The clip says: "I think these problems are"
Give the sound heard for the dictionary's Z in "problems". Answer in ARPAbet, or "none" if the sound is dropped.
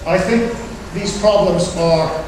Z